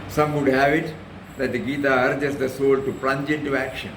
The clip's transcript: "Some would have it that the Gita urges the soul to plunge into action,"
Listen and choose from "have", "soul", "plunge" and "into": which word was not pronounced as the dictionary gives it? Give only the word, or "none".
none